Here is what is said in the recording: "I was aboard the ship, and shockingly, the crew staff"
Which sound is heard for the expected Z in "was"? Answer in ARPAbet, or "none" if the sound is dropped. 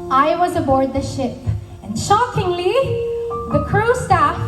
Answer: Z